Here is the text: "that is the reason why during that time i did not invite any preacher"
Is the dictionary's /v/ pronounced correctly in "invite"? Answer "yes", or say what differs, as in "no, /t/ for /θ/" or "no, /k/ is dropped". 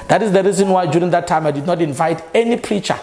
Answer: yes